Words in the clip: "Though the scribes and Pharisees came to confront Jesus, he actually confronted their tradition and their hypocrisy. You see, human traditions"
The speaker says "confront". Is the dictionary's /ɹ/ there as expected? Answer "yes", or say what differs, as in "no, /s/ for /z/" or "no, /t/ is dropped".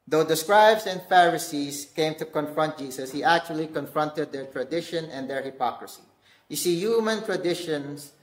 yes